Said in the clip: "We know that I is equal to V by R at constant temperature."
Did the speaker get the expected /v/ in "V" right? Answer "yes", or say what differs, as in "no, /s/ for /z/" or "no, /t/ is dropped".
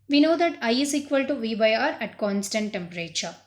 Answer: yes